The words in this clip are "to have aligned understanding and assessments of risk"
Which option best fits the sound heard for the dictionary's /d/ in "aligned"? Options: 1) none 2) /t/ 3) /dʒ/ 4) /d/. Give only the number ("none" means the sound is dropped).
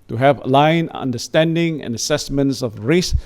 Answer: 1